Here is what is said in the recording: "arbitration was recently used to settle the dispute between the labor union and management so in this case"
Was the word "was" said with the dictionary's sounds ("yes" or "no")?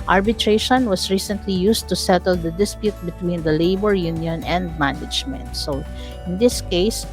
no